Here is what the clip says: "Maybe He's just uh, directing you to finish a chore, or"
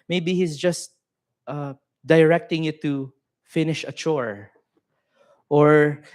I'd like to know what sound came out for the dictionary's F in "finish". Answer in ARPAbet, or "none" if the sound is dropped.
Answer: F